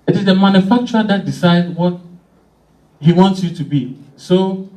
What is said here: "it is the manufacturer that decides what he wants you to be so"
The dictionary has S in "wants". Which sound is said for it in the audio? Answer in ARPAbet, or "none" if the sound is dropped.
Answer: S